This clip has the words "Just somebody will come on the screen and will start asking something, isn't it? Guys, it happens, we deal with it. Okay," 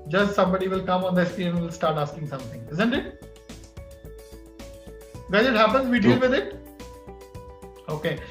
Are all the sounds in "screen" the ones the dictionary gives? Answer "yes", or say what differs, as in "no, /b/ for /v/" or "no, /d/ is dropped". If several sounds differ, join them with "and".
no, /n/ is dropped